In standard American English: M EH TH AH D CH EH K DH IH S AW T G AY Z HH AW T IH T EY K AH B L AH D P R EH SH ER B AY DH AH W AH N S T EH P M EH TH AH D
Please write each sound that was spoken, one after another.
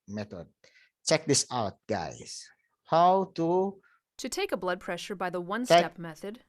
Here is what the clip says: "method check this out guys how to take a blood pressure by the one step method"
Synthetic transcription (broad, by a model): M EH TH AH D CH EH K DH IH S AW T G AY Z HH AW T IH T EY K AH B L AH D P R EH SH ER B AY DH AH W AH N S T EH P M EH TH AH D